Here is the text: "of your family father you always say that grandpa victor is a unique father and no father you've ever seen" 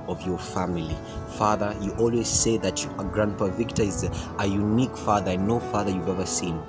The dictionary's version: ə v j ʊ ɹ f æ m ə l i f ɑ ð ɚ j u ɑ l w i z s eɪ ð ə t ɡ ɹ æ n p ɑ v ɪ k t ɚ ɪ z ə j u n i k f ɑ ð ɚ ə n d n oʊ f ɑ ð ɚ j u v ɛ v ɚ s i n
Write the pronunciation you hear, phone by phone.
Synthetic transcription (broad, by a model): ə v j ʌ ɹ f æ m ə l i f ɑ ð ɚ j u ɑ l w i z s eɪ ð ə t ɡ ɹ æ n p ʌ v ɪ k t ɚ ɪ z ə j u n i k f ɑ ð ɚ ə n n oʊ f ɑ ð ɚ j u v ɛ v ɚ s i n